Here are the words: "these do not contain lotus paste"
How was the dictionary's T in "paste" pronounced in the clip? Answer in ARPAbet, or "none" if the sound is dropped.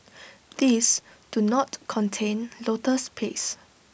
none